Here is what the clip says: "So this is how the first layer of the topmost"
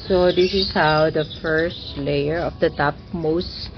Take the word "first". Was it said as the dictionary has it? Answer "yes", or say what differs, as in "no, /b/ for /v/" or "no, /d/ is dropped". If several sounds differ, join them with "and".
yes